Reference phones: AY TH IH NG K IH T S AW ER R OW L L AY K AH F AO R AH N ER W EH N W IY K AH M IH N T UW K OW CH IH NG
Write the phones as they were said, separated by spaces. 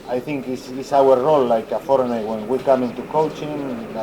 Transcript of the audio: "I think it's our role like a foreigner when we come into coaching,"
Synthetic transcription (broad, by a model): AY TH IH NG K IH S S AW ER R OW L L AY K AH F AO R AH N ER W EH N W IY K AH M IH N T UW K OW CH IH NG